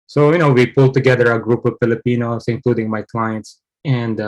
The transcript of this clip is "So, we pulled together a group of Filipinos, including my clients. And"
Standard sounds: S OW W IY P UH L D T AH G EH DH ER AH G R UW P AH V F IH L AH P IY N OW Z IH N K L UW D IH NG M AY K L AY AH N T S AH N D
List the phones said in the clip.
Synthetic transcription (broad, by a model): S OW W IY P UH L T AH G EH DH ER AH G R UW P AH V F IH L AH P IY N OW S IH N K L UW D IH NG M AY K L AY AH N T S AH N D